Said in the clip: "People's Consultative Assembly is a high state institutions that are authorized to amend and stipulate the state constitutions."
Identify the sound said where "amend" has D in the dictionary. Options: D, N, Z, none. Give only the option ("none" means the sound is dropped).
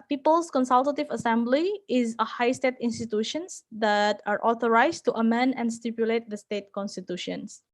D